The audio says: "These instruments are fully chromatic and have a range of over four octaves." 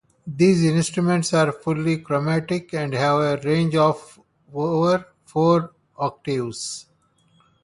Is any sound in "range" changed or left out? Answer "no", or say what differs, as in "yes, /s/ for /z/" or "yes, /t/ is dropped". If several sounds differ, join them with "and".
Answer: no